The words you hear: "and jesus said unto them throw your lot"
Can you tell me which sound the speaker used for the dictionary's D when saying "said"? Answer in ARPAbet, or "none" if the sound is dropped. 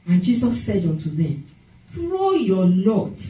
D